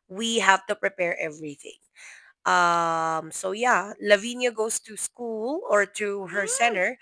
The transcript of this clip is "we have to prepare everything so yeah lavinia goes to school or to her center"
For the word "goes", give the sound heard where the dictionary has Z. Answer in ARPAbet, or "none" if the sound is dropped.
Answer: S